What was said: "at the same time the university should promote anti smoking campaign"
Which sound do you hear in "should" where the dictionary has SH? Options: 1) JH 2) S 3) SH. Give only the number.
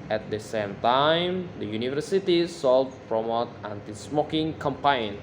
2